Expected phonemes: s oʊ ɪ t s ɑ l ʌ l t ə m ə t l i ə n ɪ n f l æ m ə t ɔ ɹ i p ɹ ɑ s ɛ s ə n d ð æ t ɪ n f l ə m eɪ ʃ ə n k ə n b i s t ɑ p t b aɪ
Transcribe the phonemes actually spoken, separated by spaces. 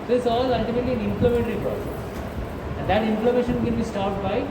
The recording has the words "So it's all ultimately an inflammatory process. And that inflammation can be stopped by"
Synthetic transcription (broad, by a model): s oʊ ɪ t s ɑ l ʌ l t ə m ə t l i ə n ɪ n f l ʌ m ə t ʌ ɹ i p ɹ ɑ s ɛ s ə n d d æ t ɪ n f l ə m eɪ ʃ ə n k ə n b i s t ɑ t b aɪ